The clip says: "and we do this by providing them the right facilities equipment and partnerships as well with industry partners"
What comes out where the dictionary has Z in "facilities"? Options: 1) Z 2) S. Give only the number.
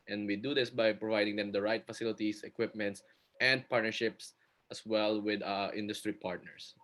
2